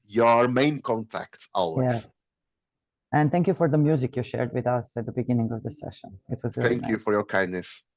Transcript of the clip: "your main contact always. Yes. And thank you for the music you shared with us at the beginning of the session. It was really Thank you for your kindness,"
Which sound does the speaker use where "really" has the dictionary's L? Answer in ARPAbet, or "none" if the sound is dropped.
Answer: none